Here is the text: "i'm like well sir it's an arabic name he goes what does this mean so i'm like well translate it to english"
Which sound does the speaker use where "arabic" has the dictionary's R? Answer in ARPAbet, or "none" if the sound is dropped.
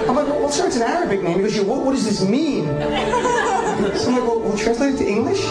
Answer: R